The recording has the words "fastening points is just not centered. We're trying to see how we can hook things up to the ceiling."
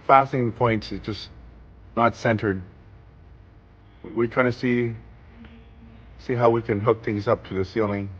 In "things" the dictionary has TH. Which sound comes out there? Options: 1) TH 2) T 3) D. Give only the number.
1